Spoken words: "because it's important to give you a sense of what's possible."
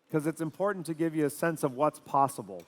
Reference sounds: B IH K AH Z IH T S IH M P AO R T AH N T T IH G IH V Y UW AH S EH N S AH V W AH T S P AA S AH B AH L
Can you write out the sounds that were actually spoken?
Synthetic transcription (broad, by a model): K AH Z IH T S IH M P AO R T N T T IH G IH V Y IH AH S EH N S AH V W AH T S P AA S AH B L